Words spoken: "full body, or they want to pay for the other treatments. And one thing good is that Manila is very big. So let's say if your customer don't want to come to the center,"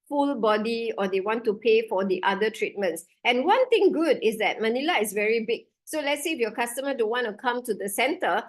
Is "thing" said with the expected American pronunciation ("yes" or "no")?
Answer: no